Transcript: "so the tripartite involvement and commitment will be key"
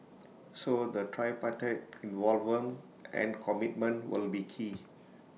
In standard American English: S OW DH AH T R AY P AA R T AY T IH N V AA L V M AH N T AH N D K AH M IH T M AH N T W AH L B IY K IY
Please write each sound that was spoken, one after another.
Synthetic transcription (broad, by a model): S OW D AH T R AY P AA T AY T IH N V AA L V AH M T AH N K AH M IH T M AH N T W AH L B IY K IY